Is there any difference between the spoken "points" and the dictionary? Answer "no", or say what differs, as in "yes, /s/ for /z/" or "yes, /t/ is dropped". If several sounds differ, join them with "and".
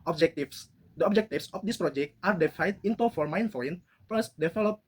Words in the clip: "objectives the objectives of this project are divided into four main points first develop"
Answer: yes, /f/ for /p/ and /s/ is dropped